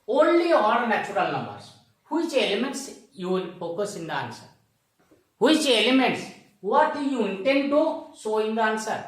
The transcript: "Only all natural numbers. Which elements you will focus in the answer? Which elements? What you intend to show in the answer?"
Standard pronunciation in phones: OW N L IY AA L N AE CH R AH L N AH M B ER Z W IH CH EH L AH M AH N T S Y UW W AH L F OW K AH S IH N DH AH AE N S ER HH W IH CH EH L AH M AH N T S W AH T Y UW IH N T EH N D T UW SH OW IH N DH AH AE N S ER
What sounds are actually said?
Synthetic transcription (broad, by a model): OW N L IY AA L N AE CH R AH L N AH M B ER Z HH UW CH EH L AH M AH N T S Y UW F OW K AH S IH N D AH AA N S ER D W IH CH EH L AH M AH N T S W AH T Y UW IH N T EH N D T UW S OW IH N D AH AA N S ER